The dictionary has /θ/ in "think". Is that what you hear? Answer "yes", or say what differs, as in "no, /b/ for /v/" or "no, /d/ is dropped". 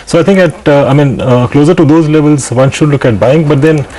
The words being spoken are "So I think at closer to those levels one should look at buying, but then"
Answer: no, /t/ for /θ/